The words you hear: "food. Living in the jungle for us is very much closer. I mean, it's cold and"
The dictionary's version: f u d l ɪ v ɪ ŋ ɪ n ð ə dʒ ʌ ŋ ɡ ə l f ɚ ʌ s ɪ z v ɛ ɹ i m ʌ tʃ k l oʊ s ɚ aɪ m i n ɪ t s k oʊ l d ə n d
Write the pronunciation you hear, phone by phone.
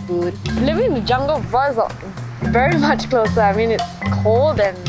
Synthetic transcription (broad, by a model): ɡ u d l ɪ v ɪ ŋ ɪ n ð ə dʒ ʌ ŋ ɡ ə l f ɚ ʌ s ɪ v ɛ ɹ i m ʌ tʃ k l oʊ s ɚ aɪ m i n ɪ t s k oʊ l d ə n